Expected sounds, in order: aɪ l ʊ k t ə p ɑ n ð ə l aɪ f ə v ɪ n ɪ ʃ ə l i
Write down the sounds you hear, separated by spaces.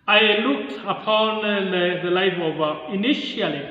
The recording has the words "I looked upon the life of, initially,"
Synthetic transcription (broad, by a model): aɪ l ʊ k t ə p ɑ n ð ə l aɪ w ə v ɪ n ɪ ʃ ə l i